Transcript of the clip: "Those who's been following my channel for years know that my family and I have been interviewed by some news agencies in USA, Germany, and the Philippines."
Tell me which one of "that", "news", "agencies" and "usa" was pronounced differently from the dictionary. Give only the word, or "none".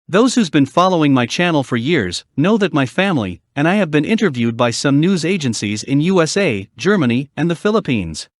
none